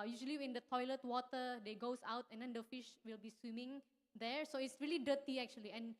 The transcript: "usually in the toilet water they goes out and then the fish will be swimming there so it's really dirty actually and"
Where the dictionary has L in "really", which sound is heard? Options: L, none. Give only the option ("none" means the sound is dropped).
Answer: L